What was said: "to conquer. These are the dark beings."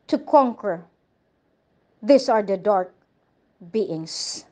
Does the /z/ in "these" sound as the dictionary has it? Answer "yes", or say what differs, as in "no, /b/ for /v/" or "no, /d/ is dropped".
no, /s/ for /z/